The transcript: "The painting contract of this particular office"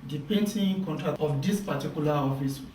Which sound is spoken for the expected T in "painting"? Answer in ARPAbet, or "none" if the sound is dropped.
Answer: S